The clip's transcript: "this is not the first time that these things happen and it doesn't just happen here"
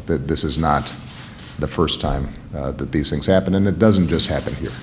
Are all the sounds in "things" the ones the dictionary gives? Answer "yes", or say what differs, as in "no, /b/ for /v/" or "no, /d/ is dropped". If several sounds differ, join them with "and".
yes